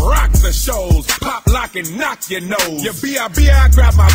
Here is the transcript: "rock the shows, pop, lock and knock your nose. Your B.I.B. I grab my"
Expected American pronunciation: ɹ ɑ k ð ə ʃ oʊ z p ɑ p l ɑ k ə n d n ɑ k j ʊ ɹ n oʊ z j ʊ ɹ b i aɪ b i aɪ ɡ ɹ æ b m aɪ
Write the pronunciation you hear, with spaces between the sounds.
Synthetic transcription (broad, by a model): ɹ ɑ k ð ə ʃ oʊ z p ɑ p l ɑ k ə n n ɑ k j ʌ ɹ n oʊ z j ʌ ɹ b i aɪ b i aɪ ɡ ɹ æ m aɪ